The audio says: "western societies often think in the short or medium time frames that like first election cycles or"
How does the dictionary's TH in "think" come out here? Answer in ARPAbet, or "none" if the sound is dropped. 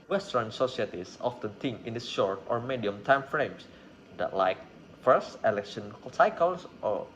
T